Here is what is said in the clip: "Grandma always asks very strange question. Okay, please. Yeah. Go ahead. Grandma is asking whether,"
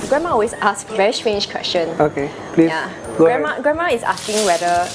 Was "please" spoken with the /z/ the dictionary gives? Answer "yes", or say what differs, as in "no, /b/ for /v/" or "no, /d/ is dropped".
no, /z/ is dropped